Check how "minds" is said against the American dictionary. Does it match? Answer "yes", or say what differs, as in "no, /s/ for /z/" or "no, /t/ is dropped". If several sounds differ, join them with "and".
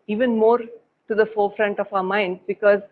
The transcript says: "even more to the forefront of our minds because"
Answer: no, /z/ is dropped